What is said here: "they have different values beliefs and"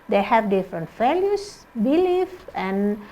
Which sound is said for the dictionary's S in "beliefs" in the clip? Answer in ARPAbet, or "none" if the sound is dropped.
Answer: none